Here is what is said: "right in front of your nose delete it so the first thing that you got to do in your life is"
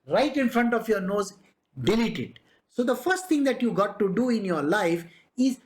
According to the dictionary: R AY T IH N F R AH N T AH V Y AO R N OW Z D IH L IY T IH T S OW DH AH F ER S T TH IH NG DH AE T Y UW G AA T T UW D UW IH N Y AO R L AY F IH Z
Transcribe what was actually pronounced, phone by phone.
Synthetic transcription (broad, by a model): R AY T IH N F R AH N T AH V Y AO R N OW Z D IH L IY T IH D S OW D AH F ER S T T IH NG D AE T Y UW G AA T T UW D UW IH N Y AO R L AY F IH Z